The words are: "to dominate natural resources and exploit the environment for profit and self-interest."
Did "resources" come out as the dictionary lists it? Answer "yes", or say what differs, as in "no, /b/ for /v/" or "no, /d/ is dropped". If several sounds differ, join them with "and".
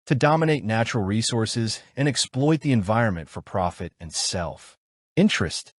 yes